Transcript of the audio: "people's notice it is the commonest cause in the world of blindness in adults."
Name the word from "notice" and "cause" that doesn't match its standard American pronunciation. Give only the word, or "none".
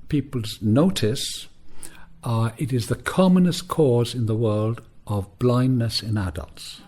none